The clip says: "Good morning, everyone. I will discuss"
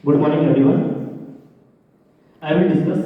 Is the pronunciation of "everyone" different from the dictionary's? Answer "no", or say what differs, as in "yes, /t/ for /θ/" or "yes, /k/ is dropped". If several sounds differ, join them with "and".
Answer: yes, /v/ is dropped